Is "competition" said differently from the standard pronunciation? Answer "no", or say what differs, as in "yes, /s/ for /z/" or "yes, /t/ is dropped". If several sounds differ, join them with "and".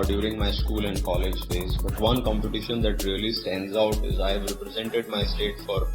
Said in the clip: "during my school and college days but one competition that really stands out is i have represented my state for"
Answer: no